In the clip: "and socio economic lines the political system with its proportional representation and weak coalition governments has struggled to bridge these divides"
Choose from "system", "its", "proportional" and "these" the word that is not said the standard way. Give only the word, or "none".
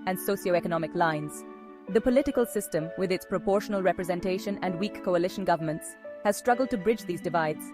none